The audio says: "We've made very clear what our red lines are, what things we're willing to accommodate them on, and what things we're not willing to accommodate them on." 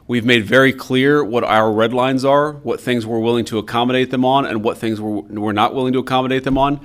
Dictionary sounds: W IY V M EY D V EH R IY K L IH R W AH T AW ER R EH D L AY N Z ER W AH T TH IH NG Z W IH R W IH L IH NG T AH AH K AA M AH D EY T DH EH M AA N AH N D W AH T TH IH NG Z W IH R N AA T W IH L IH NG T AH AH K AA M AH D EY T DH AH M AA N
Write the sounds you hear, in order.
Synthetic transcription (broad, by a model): W IY V M EY D V EH R IY K L IH R W AH T AW ER R EH D L AY N Z ER W AH T TH IH NG Z W IH R W IH L IH NG T AH AH K AA M AH D EY T DH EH M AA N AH N W AH T TH IH NG Z W IH R N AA T W IH L IH NG T AH AH K AA M AH D EY T DH AH M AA N